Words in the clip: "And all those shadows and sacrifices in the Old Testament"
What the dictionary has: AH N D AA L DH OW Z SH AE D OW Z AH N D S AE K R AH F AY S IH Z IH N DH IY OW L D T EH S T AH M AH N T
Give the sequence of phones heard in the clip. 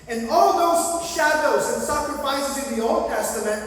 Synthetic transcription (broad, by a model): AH N AA L DH OW Z SH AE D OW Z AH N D S AE K R AH F AY S IH Z IH N DH IY OW L D T EH S T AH M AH N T